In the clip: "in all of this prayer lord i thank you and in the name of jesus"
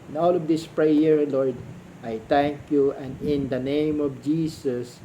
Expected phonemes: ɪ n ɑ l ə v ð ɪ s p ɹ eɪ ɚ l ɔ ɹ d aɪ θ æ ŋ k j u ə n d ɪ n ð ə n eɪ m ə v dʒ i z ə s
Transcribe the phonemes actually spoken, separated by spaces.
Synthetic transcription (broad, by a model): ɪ n ɑ l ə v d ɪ s p ɹ eɪ ɚ l ɔ ɹ d aɪ t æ ŋ k j u ə n d ɪ n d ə n eɪ m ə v dʒ i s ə s